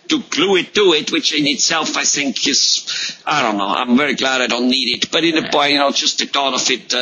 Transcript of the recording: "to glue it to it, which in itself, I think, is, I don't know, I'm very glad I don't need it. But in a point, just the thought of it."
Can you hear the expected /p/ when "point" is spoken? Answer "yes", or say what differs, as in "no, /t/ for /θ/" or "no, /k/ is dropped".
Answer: no, /b/ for /p/